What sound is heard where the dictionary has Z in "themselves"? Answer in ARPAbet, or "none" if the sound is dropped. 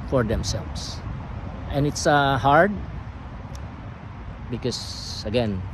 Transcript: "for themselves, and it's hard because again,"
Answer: S